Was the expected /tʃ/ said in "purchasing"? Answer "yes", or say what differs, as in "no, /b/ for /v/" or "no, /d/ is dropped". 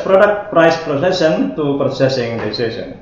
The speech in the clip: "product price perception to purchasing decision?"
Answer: no, /s/ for /tʃ/